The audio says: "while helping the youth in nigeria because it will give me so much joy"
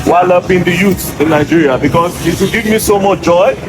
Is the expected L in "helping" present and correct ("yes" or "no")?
no